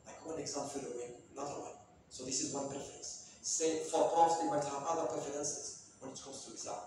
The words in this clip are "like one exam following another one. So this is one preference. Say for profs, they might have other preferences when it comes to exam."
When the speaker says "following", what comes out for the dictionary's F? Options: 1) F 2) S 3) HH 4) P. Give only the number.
4